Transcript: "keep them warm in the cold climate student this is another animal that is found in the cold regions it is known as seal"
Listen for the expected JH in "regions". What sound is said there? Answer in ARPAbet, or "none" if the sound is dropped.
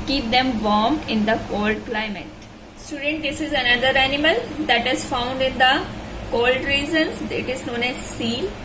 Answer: Z